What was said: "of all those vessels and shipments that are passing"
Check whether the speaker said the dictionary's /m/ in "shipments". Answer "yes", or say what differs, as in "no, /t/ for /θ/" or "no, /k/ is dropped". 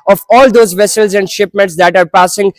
yes